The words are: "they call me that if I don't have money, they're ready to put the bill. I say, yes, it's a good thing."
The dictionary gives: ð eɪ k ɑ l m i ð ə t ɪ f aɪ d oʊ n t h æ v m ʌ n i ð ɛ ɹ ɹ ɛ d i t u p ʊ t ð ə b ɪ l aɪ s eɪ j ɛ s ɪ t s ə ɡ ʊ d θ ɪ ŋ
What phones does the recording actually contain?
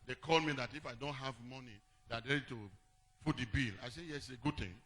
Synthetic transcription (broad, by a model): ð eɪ k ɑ l m i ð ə t ɪ f aɪ d oʊ n t h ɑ v m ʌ n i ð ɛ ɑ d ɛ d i t u f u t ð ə b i l aɪ s eɪ j ɛ s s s ə ɡ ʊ d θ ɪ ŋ